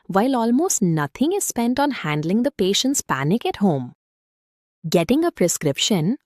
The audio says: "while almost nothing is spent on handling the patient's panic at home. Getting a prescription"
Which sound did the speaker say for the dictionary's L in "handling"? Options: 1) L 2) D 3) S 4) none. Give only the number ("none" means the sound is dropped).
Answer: 1